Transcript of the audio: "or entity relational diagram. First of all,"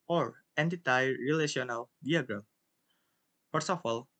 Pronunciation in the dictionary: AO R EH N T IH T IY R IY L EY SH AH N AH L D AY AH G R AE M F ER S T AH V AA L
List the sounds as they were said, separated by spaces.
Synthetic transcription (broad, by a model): AO R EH N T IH T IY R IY L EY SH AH N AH L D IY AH G R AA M P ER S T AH F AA L